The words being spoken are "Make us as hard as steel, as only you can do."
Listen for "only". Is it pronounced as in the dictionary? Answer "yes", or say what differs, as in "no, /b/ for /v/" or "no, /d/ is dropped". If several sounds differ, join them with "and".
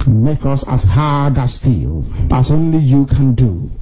yes